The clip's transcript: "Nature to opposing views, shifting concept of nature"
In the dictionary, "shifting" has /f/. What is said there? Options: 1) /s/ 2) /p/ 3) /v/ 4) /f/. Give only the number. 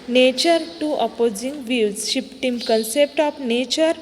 2